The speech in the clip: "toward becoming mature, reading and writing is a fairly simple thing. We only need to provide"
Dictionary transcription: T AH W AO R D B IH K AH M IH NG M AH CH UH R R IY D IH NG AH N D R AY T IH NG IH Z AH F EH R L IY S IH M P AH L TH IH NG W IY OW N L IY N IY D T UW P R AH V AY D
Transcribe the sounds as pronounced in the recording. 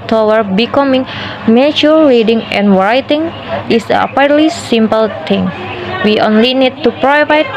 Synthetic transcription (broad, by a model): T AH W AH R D B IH K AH M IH NG M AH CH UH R R IY D IH NG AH N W R AY T IH NG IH S AH P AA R L IY S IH M P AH L T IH NG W IY OW N L IY N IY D T UW P R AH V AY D